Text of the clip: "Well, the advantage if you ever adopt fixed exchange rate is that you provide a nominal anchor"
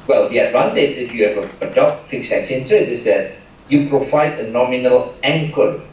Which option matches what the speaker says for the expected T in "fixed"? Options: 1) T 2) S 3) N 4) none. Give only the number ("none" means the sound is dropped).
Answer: 4